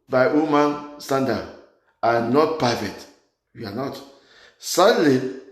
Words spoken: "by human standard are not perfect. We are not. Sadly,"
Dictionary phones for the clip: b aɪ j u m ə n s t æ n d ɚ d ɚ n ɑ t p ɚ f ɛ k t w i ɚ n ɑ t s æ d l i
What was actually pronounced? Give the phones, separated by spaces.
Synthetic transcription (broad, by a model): b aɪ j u m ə n s t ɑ n d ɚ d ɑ n ɑ t p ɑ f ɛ t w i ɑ n ɑ t s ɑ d l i